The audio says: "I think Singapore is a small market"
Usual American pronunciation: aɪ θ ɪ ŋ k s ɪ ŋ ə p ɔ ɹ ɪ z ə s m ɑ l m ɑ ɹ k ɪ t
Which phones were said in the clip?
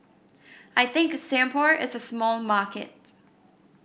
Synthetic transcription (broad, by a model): aɪ θ ɪ ŋ k s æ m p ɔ ɹ ɪ z ə s m ɑ l m ɑ ɹ k ɪ t